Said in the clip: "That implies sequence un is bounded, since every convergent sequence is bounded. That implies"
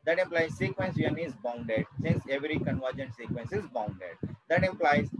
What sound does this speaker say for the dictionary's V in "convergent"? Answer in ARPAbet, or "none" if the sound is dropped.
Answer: V